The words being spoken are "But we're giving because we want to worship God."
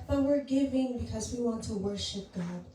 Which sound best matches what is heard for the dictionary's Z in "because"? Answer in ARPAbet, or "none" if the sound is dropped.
Z